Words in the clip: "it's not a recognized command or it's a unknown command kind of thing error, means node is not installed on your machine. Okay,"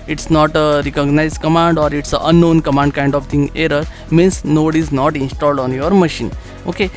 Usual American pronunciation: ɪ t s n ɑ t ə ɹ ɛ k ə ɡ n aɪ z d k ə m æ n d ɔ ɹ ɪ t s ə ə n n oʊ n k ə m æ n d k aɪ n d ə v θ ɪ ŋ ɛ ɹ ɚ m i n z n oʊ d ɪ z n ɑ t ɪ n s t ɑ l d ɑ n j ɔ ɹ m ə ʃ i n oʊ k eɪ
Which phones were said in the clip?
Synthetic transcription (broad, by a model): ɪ t s n ɑ t ə ɹ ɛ k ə ɡ n aɪ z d k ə m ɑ n d ɔ ɹ ɪ t s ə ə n n oʊ n k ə m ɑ n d k aɪ n d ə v t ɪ ŋ ɛ ɹ ɚ m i n s n oʊ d ɪ z n ɑ t ɪ n s t ɑ l d ɑ n j ɔ ɹ m ə ʃ i n oʊ k eɪ